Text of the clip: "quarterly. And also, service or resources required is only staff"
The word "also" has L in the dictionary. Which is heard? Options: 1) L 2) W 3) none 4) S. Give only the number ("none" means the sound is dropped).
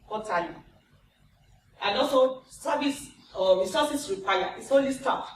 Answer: 3